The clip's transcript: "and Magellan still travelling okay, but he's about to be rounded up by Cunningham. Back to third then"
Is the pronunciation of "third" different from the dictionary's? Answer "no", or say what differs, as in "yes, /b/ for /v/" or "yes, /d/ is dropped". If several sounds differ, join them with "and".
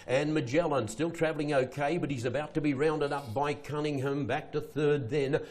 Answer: no